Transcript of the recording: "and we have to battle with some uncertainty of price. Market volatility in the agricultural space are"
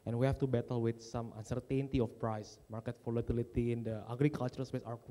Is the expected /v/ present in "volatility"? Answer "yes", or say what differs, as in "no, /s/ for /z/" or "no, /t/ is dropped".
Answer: no, /f/ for /v/